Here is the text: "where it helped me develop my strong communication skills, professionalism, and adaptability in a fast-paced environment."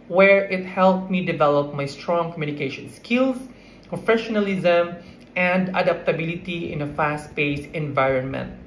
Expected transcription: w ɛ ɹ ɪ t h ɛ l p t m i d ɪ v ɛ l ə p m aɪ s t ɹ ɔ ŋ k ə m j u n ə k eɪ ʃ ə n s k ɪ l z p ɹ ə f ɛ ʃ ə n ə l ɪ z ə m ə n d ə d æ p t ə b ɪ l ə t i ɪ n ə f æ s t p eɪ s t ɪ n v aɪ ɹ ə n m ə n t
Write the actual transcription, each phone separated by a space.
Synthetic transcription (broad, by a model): w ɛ ɹ ɪ t h ɛ l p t m i d ɪ v ɛ l ə p m aɪ s t ɹ ɔ ŋ k ə m j u n ə k eɪ ʃ ə n s k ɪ l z p ɹ ə f ɛ ʃ ə n ə l ɪ z ə m ə n d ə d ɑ p t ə b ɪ l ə t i ɪ n ə f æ s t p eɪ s ɪ n v aɪ ɹ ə n m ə n t